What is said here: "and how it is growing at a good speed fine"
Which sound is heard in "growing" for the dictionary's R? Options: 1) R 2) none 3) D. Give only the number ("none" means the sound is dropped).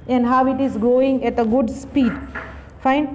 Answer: 2